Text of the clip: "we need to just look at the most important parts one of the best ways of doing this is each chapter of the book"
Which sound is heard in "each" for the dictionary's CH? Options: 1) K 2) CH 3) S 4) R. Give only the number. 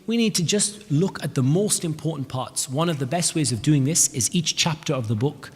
2